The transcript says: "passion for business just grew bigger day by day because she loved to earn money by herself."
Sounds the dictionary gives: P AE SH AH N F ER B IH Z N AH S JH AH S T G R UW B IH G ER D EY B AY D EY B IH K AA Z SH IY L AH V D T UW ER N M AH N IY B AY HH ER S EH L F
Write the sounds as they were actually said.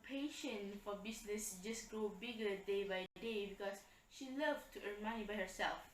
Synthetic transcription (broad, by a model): P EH SH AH N F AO B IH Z N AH S JH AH S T G R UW B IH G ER D EY B AY D EY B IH K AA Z SH IY L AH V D T UW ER M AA IY B AY HH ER S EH L F